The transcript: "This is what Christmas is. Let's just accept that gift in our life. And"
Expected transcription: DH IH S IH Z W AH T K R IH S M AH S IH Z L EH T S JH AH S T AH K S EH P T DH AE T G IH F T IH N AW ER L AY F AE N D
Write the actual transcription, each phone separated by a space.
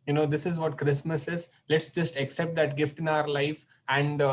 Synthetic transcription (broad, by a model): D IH S IH Z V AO T K R IH S M AH S IH Z L EH T S JH AH S T AH K S EH P T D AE T G IH F T IH N AW ER L AY F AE N D